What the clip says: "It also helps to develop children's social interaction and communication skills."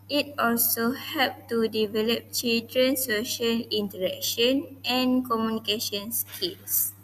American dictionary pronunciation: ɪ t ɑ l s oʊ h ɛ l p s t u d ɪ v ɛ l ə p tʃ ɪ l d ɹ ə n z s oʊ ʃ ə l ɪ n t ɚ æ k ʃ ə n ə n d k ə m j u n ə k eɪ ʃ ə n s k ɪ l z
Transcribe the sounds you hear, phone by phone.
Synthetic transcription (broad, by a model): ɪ t ɑ l s oʊ h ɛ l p t u d ɪ v ɛ l ə p tʃ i l d ɹ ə n s oʊ ʃ ə l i n t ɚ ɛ k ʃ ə n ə n k ə m j u n ə k eɪ ʃ ə n s k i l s